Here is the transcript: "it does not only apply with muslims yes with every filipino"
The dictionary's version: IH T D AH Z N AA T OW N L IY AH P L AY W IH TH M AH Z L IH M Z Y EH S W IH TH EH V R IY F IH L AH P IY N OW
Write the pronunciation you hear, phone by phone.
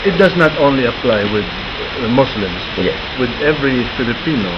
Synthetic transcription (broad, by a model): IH T D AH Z N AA T OW N L IY AH P L AY W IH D M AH S L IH M S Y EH W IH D EH V R IY F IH L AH P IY N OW